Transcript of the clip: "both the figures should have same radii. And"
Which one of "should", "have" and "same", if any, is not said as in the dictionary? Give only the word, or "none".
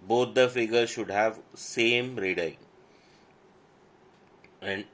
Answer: none